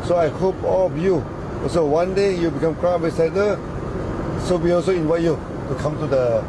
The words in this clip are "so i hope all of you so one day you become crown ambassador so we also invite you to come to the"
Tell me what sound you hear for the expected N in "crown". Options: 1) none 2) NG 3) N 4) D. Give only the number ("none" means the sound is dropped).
1